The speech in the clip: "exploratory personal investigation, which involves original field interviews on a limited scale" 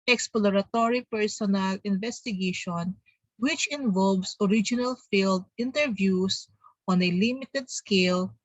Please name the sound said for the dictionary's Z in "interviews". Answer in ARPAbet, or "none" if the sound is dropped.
S